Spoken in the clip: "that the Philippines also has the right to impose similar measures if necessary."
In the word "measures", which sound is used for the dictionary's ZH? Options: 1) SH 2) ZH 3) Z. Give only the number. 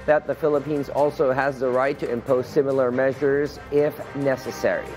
2